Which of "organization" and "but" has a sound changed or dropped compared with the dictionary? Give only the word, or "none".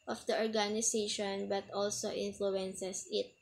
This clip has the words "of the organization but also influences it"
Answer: organization